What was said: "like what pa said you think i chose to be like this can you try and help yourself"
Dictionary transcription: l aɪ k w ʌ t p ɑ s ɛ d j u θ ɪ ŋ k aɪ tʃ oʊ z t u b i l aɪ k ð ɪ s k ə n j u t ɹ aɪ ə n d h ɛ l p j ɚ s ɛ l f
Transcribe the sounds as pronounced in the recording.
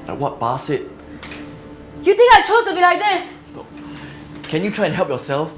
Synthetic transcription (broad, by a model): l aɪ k w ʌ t b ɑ s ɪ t j u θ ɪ ŋ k aɪ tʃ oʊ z t u b i l aɪ k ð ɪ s k ə n j u t ɹ aɪ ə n h ɛ l p j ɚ s ɛ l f